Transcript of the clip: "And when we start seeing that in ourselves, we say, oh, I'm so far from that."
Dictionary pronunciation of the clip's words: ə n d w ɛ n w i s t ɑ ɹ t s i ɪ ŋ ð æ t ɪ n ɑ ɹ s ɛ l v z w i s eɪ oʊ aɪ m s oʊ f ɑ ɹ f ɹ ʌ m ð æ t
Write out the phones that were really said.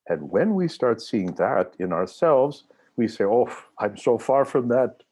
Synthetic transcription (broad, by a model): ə n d w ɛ n w i s t ɑ ɹ t s i ɪ ŋ ð æ t ɪ n ɑ ɹ s ɛ l v z w i s eɪ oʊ aɪ m s oʊ f ɑ ɹ f ɹ ʌ m ð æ t